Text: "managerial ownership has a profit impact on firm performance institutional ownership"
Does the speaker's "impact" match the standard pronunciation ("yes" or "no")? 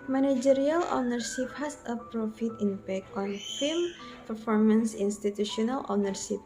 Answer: no